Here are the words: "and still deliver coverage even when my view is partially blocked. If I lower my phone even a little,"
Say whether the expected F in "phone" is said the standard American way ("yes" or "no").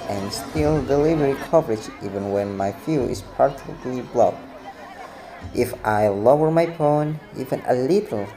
no